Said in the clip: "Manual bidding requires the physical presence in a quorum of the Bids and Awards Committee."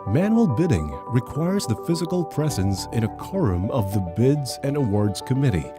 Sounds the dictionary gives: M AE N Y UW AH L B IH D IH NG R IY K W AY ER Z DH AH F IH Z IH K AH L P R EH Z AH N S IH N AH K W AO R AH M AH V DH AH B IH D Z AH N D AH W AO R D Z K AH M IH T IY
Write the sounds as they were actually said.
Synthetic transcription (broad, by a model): M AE N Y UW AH L B IH D IH NG R IY K W AY ER Z DH AH F IH Z IH K AH L P R EH Z AH N S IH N AH K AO R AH M AH V DH AH B IH D Z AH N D AH W AO R D Z K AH M IH T IY